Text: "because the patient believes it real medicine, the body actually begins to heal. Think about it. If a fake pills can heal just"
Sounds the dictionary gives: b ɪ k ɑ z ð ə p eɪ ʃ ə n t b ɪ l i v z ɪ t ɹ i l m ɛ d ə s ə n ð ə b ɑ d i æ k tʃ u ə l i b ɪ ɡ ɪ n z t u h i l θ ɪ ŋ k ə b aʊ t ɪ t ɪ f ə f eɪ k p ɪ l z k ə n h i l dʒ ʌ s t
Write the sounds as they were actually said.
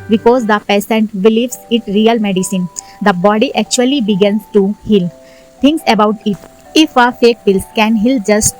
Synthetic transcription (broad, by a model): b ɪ k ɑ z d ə p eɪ s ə n t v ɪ l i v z ɪ t ɹ i l m ɛ d ə s ə n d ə b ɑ d i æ k tʃ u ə l i b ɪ ɡ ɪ n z t u h i l t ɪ ŋ k ə b aʊ t ɪ t ɪ f ə f eɪ k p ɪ l s k ə n h i l dʒ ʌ s t